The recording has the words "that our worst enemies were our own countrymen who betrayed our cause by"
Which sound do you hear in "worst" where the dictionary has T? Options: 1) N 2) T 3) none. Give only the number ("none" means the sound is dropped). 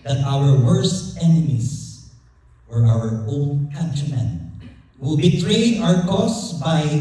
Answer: 2